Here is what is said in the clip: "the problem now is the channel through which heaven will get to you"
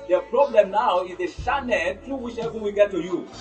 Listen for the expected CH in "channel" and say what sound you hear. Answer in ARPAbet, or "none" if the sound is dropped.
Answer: SH